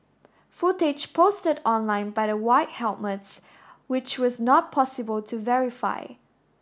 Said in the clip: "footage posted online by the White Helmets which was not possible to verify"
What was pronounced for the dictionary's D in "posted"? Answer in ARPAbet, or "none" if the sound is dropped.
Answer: D